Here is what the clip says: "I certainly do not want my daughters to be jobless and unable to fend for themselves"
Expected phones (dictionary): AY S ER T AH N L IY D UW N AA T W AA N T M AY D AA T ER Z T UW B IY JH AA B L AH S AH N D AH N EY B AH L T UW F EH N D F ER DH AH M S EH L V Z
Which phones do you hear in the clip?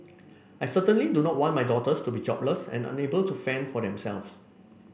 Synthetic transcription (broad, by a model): AY S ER T AH N L IY D UW N AA T W AA N T M AY D AA T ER S T UW B IY JH AA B L AH S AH N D AH N EY B AH L T UW F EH N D F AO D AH M S EH L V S